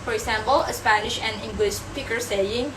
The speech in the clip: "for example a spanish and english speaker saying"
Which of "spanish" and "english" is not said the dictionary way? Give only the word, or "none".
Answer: none